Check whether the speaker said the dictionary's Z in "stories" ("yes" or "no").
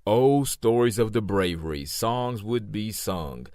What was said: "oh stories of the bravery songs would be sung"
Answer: yes